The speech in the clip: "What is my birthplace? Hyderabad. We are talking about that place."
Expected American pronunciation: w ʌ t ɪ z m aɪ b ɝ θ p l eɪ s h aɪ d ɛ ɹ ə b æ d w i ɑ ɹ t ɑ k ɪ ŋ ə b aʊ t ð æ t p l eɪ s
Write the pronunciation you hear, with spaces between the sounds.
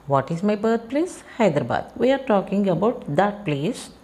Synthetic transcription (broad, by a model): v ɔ t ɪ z m aɪ b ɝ t p l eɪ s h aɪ d ɹ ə b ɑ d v i ɑ ɹ t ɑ k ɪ ŋ ə b aʊ t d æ t p l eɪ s